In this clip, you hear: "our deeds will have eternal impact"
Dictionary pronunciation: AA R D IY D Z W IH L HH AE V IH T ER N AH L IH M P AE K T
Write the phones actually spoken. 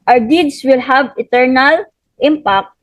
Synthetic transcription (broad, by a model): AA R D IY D S W IH L HH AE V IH T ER N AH L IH M P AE K T